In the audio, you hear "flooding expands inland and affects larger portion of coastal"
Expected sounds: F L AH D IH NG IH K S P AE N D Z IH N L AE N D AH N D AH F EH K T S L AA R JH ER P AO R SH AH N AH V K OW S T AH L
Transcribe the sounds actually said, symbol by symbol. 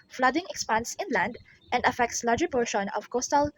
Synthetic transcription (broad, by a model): F L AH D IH NG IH K S P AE N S IH N L AE N D AH N D AH F EH K T S L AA R JH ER P AO R SH AH N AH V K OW S T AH L